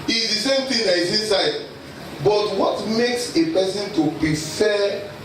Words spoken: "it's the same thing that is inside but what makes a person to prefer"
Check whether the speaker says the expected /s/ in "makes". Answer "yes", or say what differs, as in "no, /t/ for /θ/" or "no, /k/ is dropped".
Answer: yes